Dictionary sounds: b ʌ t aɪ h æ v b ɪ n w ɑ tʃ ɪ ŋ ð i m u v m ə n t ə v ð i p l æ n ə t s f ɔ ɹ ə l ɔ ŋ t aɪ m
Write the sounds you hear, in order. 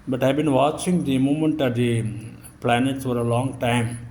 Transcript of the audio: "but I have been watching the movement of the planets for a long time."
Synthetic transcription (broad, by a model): b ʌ t aɪ b ɪ n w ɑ tʃ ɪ ŋ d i m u m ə n t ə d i p l æ n ə t s f ɔ ɹ ə l ɔ ŋ t aɪ m